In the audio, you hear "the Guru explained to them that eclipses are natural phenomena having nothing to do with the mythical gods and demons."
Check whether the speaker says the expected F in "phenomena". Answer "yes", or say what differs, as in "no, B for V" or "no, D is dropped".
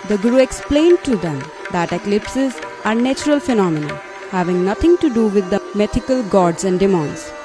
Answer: yes